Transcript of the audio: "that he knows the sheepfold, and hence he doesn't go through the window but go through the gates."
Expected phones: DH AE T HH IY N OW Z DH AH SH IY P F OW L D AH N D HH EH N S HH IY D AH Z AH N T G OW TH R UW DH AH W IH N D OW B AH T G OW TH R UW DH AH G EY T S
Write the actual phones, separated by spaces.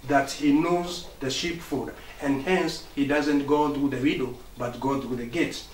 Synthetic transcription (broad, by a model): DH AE T HH IY N OW Z DH AH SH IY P F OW D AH N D HH EH N S HH IY D AH Z AH N T G OW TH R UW DH AH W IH D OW B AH T G OW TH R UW DH AH G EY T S